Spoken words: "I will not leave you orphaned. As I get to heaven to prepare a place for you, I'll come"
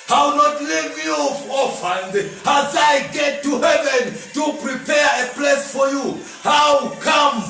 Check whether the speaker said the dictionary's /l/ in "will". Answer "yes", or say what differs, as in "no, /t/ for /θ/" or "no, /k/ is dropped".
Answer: no, /w/ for /l/